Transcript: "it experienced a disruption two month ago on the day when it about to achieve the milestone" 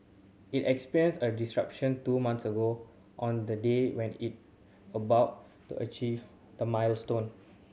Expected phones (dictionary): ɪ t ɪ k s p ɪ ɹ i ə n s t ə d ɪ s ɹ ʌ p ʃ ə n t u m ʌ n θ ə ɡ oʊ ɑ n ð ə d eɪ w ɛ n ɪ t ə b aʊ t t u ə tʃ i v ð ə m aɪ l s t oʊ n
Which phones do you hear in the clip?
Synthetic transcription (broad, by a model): ɪ t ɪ k s p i ɹ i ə n s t ə d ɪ s ɹ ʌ p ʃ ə n t u m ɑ n s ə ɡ oʊ ɑ n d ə d eɪ w ɛ n ɪ t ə b aʊ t t u ə tʃ i v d ə m aɪ l s t oʊ n